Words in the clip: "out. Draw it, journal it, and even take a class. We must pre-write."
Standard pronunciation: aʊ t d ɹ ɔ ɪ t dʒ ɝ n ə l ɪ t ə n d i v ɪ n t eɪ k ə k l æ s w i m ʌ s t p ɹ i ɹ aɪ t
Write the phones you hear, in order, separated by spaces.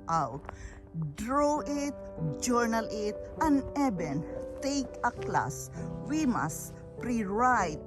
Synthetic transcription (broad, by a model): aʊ t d ɹ ɔ ɪ t dʒ ɝ n ə l ɪ t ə n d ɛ b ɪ n t eɪ k ə k l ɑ s w i m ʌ s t p ɹ i ɹ aɪ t